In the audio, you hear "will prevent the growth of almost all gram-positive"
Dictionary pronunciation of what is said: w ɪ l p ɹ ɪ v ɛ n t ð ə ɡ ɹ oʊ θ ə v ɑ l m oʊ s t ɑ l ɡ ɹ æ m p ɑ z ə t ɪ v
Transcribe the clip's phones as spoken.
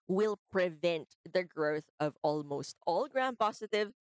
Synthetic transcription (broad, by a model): w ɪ l p ɹ ɪ v ɛ n t ð ə ɡ ɹ oʊ θ ə v ɑ l m oʊ s t ɑ l ɡ ɹ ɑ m p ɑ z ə t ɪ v